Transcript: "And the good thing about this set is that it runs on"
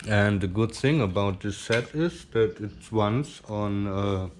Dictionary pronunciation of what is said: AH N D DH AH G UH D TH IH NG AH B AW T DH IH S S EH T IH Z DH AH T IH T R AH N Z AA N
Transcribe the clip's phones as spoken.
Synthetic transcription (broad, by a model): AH N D DH AH G UH D TH IH NG AH B AW T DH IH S S EH T IH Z DH AH T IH T W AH N S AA N